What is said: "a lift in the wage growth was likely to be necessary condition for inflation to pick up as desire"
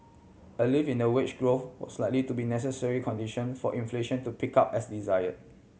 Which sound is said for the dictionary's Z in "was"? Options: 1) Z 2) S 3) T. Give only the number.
2